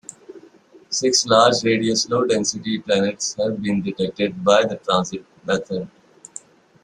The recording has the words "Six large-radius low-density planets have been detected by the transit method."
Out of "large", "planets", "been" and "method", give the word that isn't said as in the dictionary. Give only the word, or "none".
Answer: method